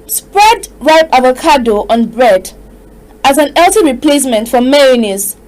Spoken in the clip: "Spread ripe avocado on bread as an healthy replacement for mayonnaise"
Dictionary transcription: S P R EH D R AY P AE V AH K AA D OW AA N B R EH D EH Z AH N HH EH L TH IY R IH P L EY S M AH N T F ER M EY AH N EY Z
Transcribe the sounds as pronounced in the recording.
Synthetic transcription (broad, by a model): S P R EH D R AY P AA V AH K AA D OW AA N B R EH D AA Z AH N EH L T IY R IH P L EY S M AH N T F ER M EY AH N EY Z